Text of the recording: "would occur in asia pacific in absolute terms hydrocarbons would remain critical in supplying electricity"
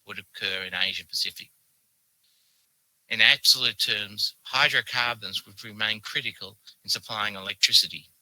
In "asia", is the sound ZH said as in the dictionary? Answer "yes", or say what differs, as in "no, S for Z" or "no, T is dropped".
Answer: yes